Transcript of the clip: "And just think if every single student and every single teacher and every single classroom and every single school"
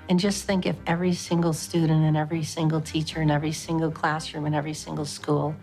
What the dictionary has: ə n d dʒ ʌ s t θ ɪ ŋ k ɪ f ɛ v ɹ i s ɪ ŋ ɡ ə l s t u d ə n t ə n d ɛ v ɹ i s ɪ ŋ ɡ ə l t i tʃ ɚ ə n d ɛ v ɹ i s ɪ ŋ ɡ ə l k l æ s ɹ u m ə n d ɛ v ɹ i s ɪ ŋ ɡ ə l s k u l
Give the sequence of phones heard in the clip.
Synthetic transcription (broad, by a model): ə n dʒ ʌ s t θ ɪ ŋ k ɪ f ɛ v ɹ i s ɪ ŋ ɡ l s t u d n t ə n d ɛ v ɹ i s ɪ ŋ ɡ l t i tʃ ɚ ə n ɛ v ɹ i s ɪ ŋ ɡ l k l æ s ɹ u m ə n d ɛ v ɹ i s ɪ ŋ ɡ l s k u l